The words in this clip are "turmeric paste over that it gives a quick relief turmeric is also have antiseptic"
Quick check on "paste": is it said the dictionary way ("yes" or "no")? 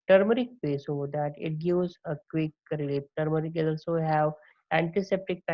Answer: no